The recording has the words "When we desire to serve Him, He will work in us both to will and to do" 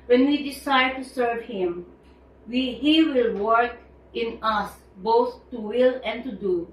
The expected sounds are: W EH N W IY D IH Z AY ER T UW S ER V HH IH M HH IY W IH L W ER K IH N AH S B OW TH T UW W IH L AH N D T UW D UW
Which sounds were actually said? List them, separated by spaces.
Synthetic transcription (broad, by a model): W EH N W IY D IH S AY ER T UW S ER V HH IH M HH IY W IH L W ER K IH N AH S B OW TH T UW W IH L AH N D T UW D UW